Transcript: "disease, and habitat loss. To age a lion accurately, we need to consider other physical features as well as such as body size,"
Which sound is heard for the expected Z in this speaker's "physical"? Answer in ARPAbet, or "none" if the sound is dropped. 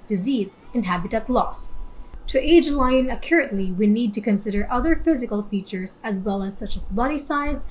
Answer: Z